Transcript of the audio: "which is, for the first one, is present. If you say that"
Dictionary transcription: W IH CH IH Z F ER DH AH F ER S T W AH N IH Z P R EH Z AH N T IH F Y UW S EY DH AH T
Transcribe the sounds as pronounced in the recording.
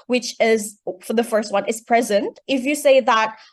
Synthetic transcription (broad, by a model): W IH CH IH Z F ER DH AH F ER S T W AH N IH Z P R EH Z AH N T IH F Y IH S EY DH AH T